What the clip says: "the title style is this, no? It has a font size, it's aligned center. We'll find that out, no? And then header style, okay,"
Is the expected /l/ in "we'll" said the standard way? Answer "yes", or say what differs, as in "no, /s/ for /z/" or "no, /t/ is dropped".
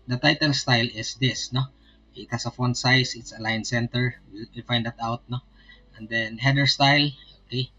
no, /w/ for /l/